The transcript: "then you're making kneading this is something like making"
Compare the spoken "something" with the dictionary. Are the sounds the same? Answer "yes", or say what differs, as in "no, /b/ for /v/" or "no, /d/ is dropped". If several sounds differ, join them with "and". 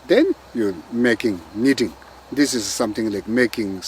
no, /t/ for /θ/